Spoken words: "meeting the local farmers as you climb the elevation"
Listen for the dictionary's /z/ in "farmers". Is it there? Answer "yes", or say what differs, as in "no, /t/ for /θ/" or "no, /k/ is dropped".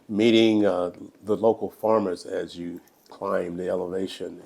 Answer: yes